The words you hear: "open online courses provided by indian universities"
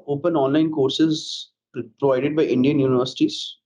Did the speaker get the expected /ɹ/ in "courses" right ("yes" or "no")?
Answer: yes